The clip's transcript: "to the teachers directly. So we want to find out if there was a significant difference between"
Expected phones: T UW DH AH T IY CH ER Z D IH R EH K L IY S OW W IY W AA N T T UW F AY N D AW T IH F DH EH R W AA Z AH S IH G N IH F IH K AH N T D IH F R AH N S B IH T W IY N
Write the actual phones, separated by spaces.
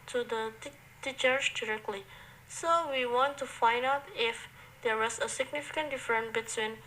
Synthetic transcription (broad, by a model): T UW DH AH T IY CH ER S D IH R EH K L IY S OW W IY W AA N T T UW F AY N D AW T IH F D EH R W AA S AH S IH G N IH F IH K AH N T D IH F R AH N B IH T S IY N